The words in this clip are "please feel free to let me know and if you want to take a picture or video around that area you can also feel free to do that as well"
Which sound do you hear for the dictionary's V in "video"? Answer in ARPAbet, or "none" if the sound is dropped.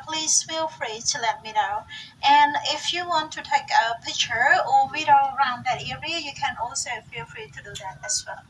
W